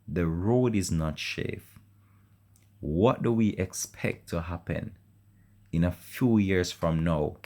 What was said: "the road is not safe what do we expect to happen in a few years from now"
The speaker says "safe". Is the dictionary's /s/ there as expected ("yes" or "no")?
no